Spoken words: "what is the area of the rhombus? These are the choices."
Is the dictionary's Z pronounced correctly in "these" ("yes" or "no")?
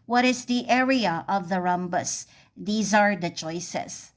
yes